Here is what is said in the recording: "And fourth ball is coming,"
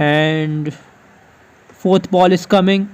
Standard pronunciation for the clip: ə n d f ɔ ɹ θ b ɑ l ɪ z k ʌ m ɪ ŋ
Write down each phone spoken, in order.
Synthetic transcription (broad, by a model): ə n d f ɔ ɹ t b ɑ l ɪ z k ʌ m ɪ ŋ